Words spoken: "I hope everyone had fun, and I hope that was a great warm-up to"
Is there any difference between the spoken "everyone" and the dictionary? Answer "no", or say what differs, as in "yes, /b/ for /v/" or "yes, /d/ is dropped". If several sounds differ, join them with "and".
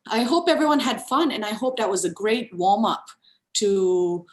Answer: no